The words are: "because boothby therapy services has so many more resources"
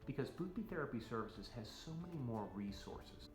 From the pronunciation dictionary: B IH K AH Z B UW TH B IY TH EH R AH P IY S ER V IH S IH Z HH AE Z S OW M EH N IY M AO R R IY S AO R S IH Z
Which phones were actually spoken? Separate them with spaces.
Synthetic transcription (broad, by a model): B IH K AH Z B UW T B IY TH EH R AH P IY S ER V IH S IH Z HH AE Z S OW M EH N IY M AO R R IY S AO R S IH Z